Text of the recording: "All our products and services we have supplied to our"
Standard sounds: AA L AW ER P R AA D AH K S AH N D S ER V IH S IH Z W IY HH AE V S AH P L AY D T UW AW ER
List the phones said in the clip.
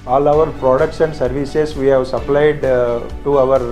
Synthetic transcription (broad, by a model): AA L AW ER P R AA D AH K SH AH N S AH V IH S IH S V IY HH AE V S AH P L AY D T UW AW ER